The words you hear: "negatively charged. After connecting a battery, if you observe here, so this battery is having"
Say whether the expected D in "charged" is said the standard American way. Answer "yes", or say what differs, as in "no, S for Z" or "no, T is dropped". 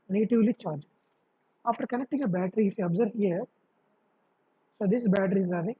no, D is dropped